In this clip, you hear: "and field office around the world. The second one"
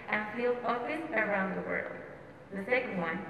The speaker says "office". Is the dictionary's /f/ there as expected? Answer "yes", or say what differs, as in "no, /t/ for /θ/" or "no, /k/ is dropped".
no, /f/ is dropped